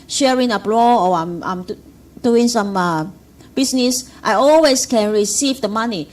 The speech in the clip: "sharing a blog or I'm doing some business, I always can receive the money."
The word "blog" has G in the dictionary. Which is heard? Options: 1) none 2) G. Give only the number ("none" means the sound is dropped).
1